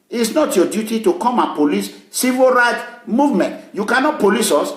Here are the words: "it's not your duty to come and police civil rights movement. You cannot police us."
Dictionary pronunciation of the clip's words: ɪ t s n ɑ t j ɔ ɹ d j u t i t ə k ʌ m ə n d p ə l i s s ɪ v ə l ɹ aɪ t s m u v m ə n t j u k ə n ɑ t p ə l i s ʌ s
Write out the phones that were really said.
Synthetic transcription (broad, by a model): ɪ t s n ɑ t j ɔ d j u t i t ə k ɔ m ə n p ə l i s s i v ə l ɹ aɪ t m u v m ə n t j u k ə n ɑ t p ə l i s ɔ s